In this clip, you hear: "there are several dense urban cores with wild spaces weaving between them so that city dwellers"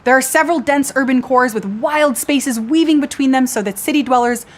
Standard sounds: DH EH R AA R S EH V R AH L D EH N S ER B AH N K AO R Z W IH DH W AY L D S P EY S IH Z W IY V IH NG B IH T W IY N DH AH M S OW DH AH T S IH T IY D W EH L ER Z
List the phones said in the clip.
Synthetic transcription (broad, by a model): DH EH R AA R S EH V R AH L D EH N S ER B AH N K AO R Z W IH DH W AY L D S P EY S IH Z W IY V IH NG B IH T W IY N DH AH M S OW DH AH T S IH T IY D W EH L ER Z